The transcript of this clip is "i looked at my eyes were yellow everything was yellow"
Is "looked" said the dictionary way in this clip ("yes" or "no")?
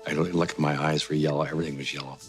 no